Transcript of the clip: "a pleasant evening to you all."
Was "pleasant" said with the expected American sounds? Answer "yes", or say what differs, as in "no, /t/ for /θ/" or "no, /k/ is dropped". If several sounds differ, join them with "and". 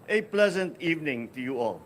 yes